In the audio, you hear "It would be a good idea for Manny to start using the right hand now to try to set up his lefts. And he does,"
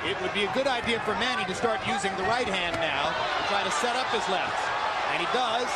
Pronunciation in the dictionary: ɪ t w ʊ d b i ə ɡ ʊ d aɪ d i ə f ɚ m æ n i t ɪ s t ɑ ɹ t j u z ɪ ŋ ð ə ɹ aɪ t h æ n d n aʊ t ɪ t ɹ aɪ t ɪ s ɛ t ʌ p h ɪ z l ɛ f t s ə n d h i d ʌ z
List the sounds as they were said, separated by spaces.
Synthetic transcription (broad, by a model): ɪ t w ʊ d b i ə ɡ ʊ d aɪ d i ə f ɚ m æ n i t ɪ s t ɑ ɹ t j u z ɪ ŋ ð ə ɹ aɪ t h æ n n aʊ t ɪ t ɹ aɪ t ɪ s ɛ t ʌ p h ɪ z l ɛ f t s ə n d i d ʌ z